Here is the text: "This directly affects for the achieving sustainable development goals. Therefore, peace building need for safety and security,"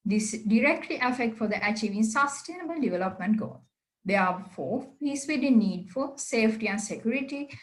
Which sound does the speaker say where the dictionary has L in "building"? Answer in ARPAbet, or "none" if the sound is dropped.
none